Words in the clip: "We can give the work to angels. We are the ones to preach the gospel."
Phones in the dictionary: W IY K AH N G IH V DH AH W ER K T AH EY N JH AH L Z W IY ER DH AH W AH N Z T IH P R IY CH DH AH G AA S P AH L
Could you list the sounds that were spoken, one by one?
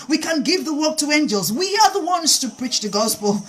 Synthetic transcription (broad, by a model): W IY K AH N G IH V DH AH W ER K T AH EY N JH AH L Z W IY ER DH AH W AH N Z T IH P R IY CH DH AH G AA S P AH L